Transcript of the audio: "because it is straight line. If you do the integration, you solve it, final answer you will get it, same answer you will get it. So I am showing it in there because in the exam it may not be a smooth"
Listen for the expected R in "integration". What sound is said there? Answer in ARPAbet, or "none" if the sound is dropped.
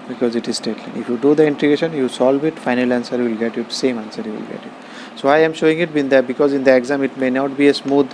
none